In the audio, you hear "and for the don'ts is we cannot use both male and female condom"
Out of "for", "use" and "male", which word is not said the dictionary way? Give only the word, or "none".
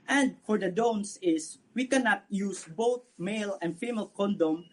none